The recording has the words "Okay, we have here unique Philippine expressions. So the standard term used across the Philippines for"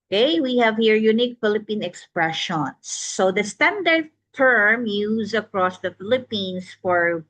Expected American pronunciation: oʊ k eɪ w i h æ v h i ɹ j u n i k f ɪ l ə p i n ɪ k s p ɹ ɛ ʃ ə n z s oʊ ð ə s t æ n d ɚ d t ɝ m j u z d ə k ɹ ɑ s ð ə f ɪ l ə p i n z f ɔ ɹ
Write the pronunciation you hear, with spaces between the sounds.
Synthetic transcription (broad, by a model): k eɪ w i h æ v h i ɹ j u n i k f ɪ l ə p i n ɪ k s p ɹ ɛ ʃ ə n s oʊ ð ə s t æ n d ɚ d t ɝ m j u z ə k ɹ ɑ s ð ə f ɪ l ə p i n s f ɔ ɹ